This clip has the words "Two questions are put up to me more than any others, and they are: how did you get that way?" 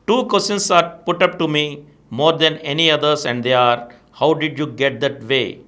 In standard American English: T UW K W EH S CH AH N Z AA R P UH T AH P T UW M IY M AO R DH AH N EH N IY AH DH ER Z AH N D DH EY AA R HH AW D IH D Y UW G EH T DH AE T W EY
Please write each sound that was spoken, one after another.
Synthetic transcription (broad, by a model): T UW K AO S AH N S AA R P UH T AH P T UW M IY M AO R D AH N EH N IY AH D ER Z AH N D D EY AA R HH AW D IH D Y UW G EH T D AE T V EY